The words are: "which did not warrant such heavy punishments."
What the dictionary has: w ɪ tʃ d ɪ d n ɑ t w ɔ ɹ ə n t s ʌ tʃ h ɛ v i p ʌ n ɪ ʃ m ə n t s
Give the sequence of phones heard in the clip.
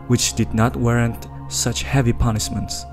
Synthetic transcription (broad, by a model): w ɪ tʃ d ɪ d n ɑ t w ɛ ɹ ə n t s ʌ tʃ h ɛ v i p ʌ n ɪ ʃ m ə n t s